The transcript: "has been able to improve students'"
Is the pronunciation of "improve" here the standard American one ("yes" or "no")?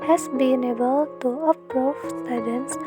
no